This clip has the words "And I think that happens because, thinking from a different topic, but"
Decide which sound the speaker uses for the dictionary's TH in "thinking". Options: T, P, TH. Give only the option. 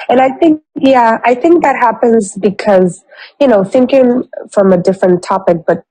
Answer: TH